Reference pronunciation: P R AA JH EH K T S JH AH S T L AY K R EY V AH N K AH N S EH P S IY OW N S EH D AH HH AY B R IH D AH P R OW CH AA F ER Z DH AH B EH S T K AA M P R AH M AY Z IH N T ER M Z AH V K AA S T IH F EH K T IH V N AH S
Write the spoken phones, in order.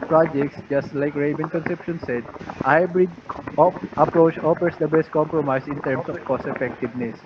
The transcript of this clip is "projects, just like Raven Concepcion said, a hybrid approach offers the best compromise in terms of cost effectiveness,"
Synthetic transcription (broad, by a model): P R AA JH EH K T S JH AH S T L AY K R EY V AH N K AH N S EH P SH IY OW N S EH D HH AY B R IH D AH P R OW CH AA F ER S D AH B EH S T K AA M P R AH M AY S IH N T ER M S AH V K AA S IH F EH K T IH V N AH S